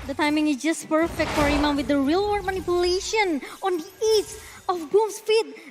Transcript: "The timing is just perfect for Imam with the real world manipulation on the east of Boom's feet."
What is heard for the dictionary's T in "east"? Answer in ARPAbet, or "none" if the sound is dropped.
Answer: none